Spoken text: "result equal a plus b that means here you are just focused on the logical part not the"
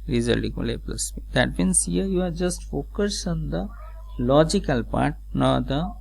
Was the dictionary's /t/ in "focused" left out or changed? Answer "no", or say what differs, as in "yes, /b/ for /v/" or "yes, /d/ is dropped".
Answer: yes, /t/ is dropped